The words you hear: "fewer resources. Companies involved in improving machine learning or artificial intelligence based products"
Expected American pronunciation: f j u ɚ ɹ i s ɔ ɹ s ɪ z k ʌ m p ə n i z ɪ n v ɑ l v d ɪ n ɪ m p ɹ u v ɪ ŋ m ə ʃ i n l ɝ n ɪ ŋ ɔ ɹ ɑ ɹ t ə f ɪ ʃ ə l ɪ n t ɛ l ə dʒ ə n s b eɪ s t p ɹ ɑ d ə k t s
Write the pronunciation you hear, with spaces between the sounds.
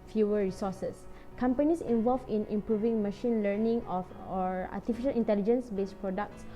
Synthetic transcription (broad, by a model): f j u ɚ ɹ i s ɔ s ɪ s k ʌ m p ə n i s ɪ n v ɑ l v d ɪ n ɪ m p ɹ u v ɪ ŋ m ə ʃ i n l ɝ n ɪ ŋ ɔ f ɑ ɹ t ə f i ʃ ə l ɪ n t ɛ l ə dʒ ə n s b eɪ s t p ɹ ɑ d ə k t s